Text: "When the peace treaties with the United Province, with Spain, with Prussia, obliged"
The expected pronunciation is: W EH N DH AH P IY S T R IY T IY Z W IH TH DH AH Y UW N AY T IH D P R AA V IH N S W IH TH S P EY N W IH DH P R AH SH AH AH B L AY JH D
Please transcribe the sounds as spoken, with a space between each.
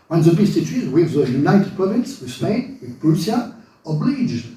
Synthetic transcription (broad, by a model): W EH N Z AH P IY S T IY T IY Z W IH DH AH Y UW N AY T IH D P R AA V IH N S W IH S P EY N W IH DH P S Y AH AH B L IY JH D